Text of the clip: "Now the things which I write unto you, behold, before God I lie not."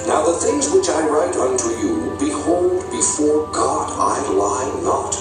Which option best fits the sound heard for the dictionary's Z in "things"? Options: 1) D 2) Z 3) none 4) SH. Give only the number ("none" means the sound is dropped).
2